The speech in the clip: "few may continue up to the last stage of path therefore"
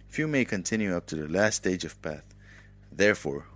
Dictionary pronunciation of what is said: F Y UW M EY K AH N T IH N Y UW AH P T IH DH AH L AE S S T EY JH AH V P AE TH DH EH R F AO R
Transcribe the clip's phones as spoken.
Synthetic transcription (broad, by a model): F Y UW M EY K AH N T IH N Y UW AH P T IH DH AH L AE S S T EY JH AH V P AE TH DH EH R F AO R